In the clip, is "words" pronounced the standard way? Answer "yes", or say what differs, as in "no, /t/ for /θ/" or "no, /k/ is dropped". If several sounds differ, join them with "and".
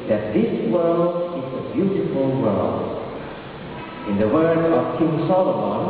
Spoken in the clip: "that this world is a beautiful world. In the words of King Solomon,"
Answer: no, /z/ is dropped